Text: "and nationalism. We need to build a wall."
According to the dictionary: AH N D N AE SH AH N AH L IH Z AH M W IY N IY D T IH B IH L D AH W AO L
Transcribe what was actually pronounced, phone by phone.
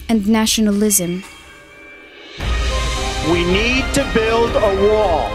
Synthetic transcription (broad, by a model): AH N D N AE SH AH N AH L IH Z AH M W IY N IY D T IH B IH L D AH W AO